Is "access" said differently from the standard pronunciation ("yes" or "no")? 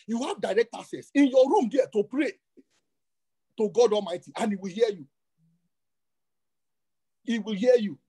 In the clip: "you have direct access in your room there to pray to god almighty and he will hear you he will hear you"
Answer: yes